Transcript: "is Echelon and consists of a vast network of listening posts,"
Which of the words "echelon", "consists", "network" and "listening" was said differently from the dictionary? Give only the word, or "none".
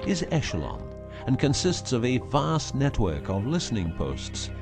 none